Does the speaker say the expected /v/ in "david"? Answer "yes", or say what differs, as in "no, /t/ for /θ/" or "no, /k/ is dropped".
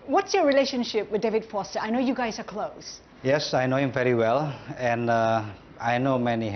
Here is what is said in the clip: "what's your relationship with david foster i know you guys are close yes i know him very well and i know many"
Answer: yes